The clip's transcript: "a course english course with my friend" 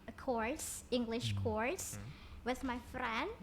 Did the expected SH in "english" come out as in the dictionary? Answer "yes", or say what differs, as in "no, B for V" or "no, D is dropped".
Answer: yes